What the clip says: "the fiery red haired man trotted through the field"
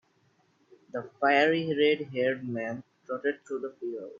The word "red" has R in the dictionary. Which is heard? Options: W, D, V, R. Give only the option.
R